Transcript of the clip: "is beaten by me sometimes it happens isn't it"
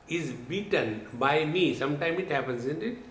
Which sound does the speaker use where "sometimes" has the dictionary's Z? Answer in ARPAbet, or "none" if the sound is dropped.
none